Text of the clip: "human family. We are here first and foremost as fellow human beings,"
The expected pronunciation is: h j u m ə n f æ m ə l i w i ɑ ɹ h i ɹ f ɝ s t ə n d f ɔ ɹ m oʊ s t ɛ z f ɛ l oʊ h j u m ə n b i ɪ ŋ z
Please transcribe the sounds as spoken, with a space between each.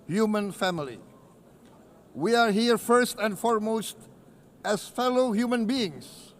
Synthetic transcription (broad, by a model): h j u m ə n f æ m ə l i w i ɑ ɹ h i ɹ f ɝ s t ə n d f ɔ ɹ m oʊ s t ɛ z f ɛ l oʊ h j u m ə n b i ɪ ŋ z